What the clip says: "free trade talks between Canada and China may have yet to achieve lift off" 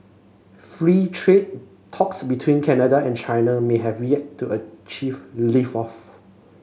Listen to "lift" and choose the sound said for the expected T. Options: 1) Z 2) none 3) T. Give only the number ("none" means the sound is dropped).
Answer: 2